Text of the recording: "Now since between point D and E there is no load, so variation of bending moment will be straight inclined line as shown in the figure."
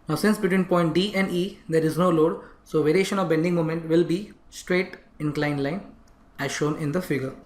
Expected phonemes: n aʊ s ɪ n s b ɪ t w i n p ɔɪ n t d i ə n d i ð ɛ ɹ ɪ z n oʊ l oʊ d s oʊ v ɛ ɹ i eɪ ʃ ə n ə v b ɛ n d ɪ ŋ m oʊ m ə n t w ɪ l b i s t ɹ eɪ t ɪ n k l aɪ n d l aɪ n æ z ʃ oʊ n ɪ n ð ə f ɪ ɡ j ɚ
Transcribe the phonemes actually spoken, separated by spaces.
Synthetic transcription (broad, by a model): n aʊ s ɪ n s b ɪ t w i n p ɔɪ n t d i ə n d i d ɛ ɹ ɪ z n oʊ l oʊ d s oʊ v ɛ ɹ i eɪ ʃ ə n ə v b ɛ n d ɪ ŋ m oʊ m ə n t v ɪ l b i s t ɹ eɪ t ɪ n k l aɪ n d l aɪ n æ z ʃ oʊ n ɪ n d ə f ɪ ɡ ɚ